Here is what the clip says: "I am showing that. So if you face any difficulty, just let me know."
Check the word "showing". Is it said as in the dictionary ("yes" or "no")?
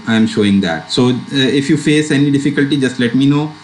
yes